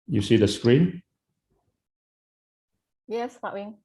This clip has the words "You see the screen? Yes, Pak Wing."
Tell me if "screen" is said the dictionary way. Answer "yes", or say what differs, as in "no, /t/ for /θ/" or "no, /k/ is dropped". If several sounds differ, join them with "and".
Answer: yes